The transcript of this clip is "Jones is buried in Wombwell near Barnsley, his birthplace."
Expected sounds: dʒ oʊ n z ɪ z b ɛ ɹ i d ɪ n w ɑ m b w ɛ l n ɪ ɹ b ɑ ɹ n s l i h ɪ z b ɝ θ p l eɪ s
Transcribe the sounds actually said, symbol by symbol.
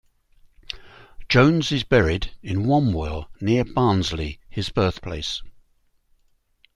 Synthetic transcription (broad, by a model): dʒ oʊ n z ɪ z b ɛ ɹ i d ɪ n w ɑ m w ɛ l n ɪ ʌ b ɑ n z l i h ɪ z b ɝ θ p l eɪ s